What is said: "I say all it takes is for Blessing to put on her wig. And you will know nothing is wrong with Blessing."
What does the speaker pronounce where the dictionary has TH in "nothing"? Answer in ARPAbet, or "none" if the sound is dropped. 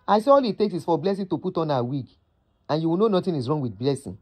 T